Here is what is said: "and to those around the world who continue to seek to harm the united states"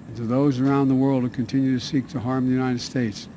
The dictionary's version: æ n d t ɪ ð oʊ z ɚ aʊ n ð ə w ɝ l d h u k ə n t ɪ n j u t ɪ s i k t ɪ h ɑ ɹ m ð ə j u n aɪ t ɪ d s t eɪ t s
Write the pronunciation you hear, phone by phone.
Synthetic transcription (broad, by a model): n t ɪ ð oʊ z ɚ aʊ n ð ə w ɝ l d h u k ə n t ɪ n j u t ɪ s i k t ɪ h ɑ ɹ m ð ə j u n aɪ t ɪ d s t eɪ t s